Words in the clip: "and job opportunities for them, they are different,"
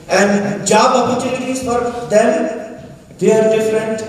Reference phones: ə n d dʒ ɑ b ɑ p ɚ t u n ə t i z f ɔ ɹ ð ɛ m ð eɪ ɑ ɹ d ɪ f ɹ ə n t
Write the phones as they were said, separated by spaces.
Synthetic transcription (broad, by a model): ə n d dʒ ɑ b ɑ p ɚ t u l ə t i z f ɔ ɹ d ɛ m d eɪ ɑ ɹ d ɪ f ɹ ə n t